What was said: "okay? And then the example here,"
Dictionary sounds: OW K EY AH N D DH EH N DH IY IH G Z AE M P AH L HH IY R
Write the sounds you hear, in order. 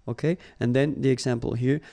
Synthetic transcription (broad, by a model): OW K EY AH N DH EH N DH IY IH G Z AE M P AH L HH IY R